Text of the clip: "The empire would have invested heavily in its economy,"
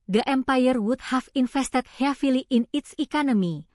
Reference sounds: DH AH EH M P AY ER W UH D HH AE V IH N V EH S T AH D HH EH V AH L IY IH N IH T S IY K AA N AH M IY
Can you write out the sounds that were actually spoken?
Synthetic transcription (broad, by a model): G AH EH M P AY ER W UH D HH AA F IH N F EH S T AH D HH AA F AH L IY IH N IH T S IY K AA N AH M IY